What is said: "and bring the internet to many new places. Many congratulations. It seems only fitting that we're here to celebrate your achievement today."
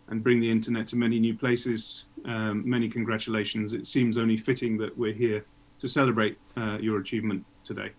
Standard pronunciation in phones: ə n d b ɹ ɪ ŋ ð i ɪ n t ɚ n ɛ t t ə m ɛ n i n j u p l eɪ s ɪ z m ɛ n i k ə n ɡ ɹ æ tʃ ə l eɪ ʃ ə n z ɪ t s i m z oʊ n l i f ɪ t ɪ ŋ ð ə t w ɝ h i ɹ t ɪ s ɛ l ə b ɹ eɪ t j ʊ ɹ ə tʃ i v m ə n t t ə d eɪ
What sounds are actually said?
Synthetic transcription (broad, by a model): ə n b ɹ ɪ ŋ ð i ɪ n t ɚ n ɛ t t ə m ɛ n i n j u p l eɪ s ɪ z m ɛ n i k ə n ɡ ɹ æ tʃ ə l eɪ ʃ ə n z ɪ t s i m z oʊ n l i f ɪ t ɪ ŋ ð ə t w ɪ h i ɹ t ɪ s ɛ l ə b ɹ eɪ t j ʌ ɹ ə tʃ i v m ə n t t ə d eɪ